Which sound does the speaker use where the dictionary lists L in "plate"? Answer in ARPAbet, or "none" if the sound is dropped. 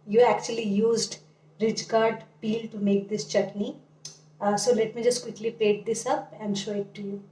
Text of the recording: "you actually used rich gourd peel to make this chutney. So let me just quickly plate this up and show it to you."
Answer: none